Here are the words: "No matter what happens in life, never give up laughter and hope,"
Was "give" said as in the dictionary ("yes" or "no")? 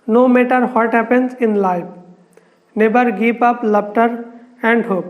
no